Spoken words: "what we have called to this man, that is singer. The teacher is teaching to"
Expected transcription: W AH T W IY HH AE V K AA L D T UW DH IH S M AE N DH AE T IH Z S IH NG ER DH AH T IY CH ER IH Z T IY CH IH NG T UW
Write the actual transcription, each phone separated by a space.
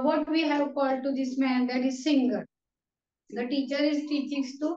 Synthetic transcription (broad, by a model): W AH T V IY HH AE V K AA L D T UW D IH S M AE N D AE T IH Z S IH NG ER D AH T IY CH ER IH Z T IY CH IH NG T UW